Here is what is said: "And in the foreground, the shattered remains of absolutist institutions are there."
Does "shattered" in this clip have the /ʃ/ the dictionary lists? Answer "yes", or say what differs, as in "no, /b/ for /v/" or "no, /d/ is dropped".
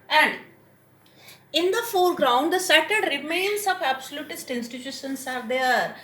no, /s/ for /ʃ/